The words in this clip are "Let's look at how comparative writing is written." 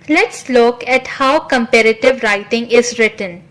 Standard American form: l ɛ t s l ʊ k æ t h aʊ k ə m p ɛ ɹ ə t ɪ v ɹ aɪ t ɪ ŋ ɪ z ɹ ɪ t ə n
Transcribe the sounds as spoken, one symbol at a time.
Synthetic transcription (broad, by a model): l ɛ t s l ʊ k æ t h aʊ k ə m p ɛ ɹ ə t ɪ v ɹ aɪ t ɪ ŋ ɪ z ɹ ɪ t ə n